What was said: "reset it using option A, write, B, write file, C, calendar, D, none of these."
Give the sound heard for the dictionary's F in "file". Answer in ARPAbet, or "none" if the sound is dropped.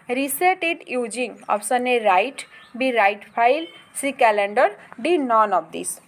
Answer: P